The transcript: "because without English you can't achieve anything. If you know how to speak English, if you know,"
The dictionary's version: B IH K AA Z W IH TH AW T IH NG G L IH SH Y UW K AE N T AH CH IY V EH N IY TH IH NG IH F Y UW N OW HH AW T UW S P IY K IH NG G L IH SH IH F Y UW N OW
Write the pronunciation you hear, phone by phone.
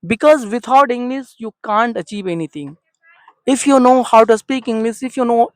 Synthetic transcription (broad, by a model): B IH K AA Z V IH T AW T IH NG G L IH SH Y UW K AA N T AH CH IY V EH N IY T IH NG IH F Y UW N OW HH AW T UW S P IY K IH NG G L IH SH IH F Y UW N OW